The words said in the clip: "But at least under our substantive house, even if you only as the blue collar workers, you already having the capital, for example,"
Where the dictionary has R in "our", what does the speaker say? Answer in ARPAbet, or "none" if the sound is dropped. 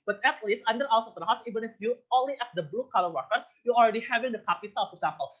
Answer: L